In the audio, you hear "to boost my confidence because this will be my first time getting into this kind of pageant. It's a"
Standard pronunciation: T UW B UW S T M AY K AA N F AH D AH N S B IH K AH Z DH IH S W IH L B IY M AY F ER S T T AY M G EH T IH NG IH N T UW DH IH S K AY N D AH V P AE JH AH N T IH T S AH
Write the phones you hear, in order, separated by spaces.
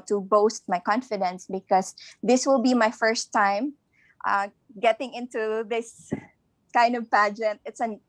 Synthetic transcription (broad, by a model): T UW B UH S T M AY K AA N F AH D AH N S B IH K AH S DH IH S W IH L B IY M AY F ER S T T AY M G EH T IH NG IH N T UW DH IH S K AY N D AH V P AE JH AH N T IH T S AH